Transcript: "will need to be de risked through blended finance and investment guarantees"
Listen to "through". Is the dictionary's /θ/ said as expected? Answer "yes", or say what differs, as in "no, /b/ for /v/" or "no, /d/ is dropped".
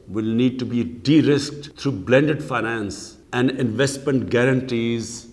no, /t/ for /θ/